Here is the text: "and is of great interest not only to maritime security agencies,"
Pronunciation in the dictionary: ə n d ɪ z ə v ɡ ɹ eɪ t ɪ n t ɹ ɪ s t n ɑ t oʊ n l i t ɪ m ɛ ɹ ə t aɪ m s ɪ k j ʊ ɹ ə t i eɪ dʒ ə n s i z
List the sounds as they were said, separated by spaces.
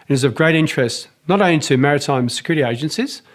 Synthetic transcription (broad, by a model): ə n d ɪ z ə v ɡ ɹ eɪ t ɪ n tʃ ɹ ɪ s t n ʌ t oʊ n l i t ɪ m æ ɹ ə t aɪ m s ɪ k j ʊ ɹ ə t i eɪ dʒ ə n s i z